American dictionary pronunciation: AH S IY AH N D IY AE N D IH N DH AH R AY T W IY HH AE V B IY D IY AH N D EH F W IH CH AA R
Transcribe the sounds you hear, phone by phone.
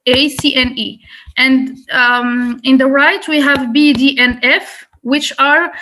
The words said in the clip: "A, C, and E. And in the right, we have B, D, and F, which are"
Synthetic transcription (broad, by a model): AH S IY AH N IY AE N D IH N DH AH R AY T W IY HH AE V B IY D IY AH N EH F W IH CH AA R